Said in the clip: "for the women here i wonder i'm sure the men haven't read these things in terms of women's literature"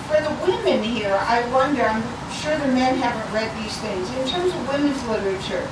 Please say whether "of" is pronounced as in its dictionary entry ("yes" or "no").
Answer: yes